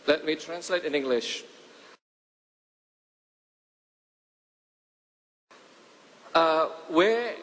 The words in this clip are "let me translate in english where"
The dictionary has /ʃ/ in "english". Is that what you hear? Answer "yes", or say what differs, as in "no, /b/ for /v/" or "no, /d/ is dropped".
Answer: yes